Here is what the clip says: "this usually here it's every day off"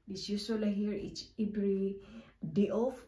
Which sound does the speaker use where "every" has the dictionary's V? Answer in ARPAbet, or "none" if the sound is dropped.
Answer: B